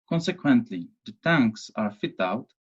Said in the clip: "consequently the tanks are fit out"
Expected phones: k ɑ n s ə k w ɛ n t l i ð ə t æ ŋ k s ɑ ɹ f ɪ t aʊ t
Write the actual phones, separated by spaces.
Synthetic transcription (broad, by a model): k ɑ n s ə k w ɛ n t l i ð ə t æ ŋ k s ɑ ɹ f ɪ t aʊ t